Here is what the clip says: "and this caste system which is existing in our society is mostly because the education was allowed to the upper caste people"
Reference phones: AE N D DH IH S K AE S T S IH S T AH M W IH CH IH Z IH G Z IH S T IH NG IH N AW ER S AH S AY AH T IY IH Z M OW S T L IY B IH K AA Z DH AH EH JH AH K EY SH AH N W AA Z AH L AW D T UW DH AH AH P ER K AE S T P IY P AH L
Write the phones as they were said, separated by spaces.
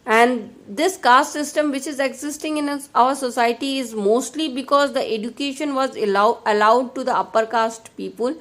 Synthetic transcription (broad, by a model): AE N D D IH S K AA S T S IH S T AH M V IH CH IH Z IH G Z IH S T IH NG IH N AW ER S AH S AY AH T IY IH Z M OW S T L IY B IH K AA Z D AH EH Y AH K EY SH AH N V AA Z AH L AW D T UW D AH AH P ER K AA S T P IY P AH L